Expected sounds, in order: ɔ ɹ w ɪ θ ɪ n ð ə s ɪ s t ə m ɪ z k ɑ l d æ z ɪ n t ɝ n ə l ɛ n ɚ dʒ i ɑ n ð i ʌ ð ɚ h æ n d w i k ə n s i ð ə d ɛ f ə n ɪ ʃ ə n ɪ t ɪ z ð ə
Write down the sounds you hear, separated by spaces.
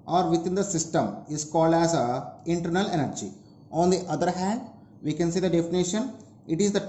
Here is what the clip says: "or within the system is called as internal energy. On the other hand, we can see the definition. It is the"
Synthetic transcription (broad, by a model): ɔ ɹ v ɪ t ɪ n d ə s ɪ s t ə m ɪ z k ɑ l d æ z ɪ n t ɝ n ə l ɛ n ɚ dʒ i ɑ n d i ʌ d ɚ h æ n d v i k ə n s i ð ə d ɛ f ə n ɪ ʃ ə n ɪ t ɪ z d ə